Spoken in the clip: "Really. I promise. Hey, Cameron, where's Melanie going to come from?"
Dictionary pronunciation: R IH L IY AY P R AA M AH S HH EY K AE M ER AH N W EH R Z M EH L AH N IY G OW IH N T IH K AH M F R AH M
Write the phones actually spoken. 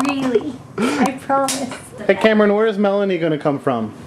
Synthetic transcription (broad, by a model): R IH L IY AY P R AA M AH S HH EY K AE M ER AH N W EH R Z M EH L AH N IY G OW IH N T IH K AH M F R AH M